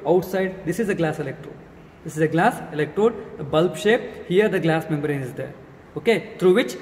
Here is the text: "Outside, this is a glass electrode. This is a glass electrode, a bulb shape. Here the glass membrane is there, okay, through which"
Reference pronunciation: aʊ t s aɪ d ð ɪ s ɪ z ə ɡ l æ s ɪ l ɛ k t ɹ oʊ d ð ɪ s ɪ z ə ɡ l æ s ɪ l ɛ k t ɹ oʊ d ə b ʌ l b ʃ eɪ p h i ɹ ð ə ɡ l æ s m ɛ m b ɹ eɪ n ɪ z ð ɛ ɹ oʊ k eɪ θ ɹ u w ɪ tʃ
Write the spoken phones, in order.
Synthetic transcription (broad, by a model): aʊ t s aɪ d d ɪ s ɪ z ə ɡ l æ s ɪ l ɛ k t ɹ oʊ d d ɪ s ɪ z ə ɡ l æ s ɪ l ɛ k t ɹ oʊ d ə b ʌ l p ʃ eɪ p h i ɹ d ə ɡ l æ s m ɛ m b ɹ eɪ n ɪ z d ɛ ɹ oʊ k eɪ t ɹ u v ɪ tʃ